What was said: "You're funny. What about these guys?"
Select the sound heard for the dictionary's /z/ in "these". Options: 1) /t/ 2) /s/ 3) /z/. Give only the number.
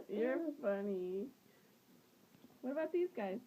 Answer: 3